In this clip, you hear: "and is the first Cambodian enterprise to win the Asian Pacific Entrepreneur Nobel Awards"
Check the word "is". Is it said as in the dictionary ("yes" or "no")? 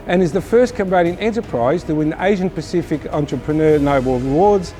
yes